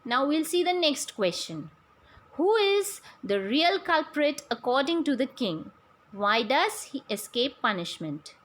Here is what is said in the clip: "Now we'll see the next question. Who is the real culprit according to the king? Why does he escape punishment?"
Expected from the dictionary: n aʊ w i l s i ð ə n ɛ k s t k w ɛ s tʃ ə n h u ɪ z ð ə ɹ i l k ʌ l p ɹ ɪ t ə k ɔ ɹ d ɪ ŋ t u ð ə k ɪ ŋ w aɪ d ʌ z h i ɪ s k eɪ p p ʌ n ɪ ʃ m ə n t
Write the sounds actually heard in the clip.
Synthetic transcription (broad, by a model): n aʊ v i l s i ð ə n ɛ k s t k w ɛ s tʃ ə n h u ɪ z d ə ɹ i l k ʌ l p ɹ ɪ t ə k ɔ ɹ d ɪ ŋ t u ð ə k ɪ ŋ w aɪ d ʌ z h i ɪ s k eɪ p p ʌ n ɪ ʃ m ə n t